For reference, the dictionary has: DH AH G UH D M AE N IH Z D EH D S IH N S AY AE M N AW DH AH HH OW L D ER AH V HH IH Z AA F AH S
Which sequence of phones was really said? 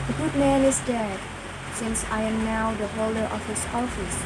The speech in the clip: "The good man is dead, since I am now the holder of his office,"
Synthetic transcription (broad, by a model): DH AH G UH D M AE N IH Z D EH D S IH N S AY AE M N AW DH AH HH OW L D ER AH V HH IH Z AA F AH S